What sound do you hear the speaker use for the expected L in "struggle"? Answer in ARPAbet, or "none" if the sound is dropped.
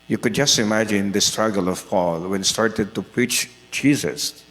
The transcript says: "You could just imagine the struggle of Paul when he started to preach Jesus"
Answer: L